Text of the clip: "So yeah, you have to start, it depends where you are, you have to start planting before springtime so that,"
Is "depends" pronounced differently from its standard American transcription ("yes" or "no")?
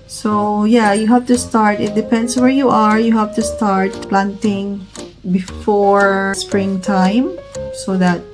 yes